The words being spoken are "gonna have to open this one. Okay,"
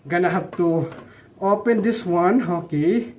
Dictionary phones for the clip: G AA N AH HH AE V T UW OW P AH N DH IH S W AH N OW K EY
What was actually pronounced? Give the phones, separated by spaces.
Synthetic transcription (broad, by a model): G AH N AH HH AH P T UW OW P AH N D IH S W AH N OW K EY